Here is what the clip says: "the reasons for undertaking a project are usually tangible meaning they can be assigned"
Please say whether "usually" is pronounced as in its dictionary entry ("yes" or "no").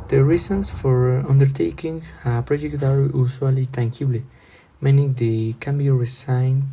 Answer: no